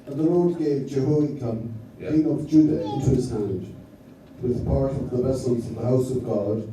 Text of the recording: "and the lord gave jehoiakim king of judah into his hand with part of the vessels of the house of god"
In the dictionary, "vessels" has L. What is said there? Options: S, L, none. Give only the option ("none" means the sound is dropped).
L